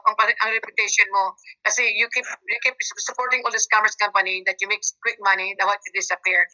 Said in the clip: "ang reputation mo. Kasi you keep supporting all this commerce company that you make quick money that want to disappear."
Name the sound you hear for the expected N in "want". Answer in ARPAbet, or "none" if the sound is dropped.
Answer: none